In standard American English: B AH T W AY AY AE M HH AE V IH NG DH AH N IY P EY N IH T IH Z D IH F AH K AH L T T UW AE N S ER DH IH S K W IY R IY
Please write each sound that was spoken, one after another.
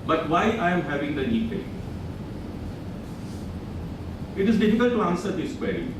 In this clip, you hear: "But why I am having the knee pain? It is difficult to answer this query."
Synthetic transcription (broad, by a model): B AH T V AY AY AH M HH AE V IH NG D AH N IY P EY IH T IH Z D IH F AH K AH L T T UW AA N S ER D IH S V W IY